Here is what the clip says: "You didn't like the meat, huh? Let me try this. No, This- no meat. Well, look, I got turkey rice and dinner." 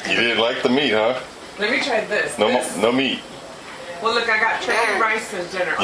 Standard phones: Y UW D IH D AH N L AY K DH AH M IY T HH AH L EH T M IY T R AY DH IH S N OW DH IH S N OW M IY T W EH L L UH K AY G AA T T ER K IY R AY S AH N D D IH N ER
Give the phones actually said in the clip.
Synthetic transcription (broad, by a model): Y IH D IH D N L AY K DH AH M IY T HH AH L EH T M IY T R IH DH IH S N OW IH N OW M IY T W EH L L UH K AY G AA T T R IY R AY S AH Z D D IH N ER